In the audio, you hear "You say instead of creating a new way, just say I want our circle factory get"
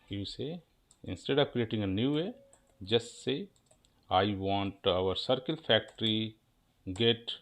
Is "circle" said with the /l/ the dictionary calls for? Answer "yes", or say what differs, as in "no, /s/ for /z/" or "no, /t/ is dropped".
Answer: yes